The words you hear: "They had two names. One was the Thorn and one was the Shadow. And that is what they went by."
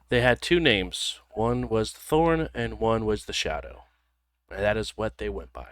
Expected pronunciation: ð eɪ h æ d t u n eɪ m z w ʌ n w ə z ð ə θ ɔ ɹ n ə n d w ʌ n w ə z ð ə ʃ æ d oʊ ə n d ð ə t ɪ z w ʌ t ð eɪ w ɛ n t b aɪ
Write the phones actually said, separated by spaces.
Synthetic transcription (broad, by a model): ð eɪ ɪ d t u n eɪ m z w ʌ n w ə z ð ə θ ɔ ɹ n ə n w ʌ n w ə z ð ə ʃ æ d oʊ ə n ð ə t ɪ z w ʌ t ð eɪ w ɛ n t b aɪ